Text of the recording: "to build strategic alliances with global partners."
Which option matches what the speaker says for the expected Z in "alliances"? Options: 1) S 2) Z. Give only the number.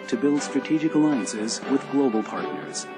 2